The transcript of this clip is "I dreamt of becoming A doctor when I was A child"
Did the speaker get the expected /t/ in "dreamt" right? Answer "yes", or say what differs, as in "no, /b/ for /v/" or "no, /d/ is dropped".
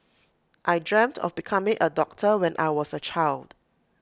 yes